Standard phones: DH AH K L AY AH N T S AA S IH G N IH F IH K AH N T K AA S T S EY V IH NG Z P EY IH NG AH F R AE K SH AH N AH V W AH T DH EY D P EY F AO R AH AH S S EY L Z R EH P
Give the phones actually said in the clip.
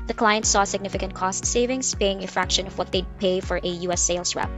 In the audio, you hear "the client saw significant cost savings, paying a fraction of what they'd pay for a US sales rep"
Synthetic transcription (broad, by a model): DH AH K L AY AH N T S AA S IH G N IH F IH K AH N T K AA S T S EY V IH NG S P EY IH NG AH F R AE K SH AH N AH V W AH T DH EY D P EY F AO R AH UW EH S EY L S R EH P